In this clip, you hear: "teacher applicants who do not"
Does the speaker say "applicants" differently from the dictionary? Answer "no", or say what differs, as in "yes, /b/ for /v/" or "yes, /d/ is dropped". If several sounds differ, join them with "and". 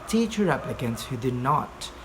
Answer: yes, /l/ is dropped